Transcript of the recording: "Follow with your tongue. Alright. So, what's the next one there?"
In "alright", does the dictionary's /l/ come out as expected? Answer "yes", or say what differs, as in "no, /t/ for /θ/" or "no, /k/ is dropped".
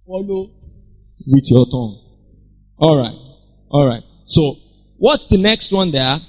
yes